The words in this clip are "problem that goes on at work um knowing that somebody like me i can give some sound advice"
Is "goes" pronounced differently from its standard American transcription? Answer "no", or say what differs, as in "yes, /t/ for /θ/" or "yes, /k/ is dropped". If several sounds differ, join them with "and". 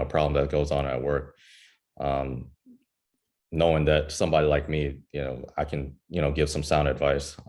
no